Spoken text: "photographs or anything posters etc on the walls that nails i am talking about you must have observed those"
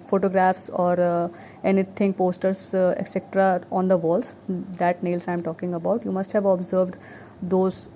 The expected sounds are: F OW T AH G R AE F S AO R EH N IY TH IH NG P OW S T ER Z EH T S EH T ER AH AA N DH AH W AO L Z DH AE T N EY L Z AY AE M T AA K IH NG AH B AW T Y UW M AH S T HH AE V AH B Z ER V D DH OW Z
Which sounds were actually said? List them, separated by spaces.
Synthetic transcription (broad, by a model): F OW T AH G R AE F S AO R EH N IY T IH NG P OW S T ER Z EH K S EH T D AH AA N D AH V AO L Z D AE T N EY L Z AY M T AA K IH NG AH B AW T Y UW M AH S T HH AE V AH B Z ER V D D OW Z